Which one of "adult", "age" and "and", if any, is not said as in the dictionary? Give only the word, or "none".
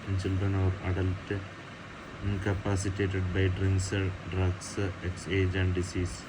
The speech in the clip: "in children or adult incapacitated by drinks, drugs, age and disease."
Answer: none